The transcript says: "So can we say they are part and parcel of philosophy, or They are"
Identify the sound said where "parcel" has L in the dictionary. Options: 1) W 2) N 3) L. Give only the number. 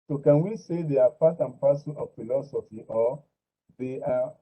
2